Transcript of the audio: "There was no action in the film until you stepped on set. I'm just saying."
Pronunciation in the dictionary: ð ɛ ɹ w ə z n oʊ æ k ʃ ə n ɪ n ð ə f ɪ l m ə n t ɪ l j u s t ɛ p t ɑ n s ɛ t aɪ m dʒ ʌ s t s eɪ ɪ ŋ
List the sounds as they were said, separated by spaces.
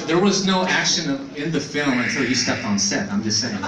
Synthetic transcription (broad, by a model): ð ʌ ɹ w ə z n oʊ æ k ʃ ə n ɪ n ð ə f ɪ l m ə t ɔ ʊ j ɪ s t ɛ p t n s ɛ t aɪ m dʒ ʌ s s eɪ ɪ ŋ